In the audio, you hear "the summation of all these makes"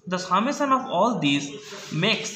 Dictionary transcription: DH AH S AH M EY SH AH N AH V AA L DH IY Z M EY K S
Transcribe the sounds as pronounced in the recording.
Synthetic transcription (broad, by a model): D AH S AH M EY S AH N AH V AA L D IY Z M EY K S